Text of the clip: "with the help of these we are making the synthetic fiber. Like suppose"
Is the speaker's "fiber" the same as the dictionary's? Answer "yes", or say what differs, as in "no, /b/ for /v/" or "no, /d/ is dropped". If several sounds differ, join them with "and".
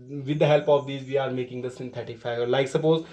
no, /b/ is dropped